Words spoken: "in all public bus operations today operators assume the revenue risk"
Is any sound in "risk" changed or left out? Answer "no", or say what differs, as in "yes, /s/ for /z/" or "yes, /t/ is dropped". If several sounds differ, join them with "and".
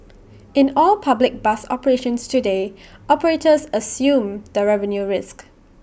no